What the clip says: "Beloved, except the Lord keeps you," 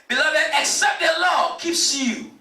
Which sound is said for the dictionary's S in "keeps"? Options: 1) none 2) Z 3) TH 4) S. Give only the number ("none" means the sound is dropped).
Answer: 4